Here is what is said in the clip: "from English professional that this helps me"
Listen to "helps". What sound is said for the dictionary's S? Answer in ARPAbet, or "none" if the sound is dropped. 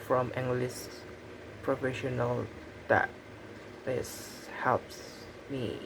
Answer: S